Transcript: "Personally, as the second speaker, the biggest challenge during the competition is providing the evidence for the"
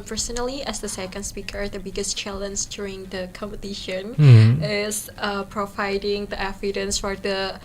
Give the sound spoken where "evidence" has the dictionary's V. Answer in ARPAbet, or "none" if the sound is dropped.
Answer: F